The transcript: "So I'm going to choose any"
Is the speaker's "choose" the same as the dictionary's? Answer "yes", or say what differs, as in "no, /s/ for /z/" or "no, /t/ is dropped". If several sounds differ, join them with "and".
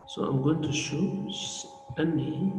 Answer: no, /ʃ/ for /tʃ/ and /z/ is dropped